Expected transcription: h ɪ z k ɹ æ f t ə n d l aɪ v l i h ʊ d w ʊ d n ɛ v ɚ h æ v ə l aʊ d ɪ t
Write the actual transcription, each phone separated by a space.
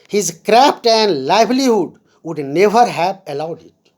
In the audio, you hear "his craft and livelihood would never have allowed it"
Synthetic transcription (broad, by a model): h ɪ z k ɹ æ p t ə n d l aɪ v l i h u d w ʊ d n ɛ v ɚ h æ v ə l aʊ d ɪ t